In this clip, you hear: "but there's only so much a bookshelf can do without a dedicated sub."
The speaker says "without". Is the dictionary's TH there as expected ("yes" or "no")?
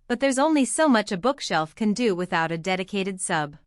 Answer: yes